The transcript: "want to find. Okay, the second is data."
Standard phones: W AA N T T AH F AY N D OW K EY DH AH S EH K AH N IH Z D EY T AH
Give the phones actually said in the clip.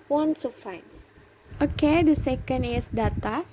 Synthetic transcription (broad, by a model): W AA N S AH F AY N OW K EY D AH S EH K AH N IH S D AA T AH